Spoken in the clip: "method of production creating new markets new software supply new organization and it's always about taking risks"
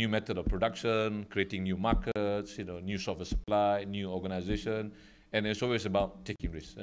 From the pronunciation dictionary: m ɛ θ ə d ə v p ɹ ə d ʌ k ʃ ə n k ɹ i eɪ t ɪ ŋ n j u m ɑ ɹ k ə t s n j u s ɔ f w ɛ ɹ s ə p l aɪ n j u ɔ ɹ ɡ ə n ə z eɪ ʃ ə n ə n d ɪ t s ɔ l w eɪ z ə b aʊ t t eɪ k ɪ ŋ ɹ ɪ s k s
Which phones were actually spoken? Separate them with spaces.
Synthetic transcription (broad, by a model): m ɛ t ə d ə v p ɹ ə d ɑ k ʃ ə n k ɹ i eɪ t ɪ ŋ n j u m ɑ k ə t s n j u s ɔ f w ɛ s ə p l aɪ n j u ɔ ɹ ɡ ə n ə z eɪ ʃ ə n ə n ɪ t s ɔ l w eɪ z ə b aʊ t t eɪ k ɪ ŋ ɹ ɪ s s